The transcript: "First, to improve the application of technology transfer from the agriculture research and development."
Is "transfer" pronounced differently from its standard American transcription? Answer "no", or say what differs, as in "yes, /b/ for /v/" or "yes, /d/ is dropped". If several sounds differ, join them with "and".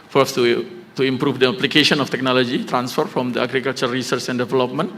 no